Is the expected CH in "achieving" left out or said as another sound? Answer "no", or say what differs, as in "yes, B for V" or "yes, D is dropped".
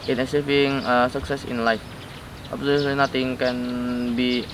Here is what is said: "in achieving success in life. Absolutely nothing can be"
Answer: yes, S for CH